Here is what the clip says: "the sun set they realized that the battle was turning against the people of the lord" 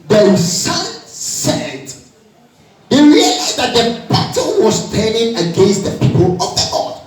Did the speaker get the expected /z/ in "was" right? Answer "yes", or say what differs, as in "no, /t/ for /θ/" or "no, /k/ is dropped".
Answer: no, /s/ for /z/